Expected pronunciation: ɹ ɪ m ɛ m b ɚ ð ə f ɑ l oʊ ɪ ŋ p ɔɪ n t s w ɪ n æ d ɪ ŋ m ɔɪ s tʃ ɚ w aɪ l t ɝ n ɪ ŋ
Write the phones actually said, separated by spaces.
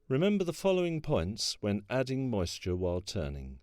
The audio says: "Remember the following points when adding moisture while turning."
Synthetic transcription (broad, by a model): ɹ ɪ m ɛ m b ɚ ð ə f ɑ l oʊ ɪ ŋ p ɔɪ n t s w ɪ n æ d ɪ ŋ m ɔɪ s tʃ ɚ w aɪ l t ɝ n ɪ ŋ